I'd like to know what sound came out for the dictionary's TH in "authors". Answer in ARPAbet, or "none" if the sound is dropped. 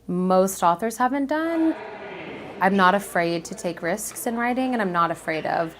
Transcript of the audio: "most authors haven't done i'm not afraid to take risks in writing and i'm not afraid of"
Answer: TH